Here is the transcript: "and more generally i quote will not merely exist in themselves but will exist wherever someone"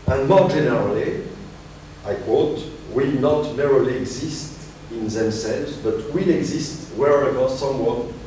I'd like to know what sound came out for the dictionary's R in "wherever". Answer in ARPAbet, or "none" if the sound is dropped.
R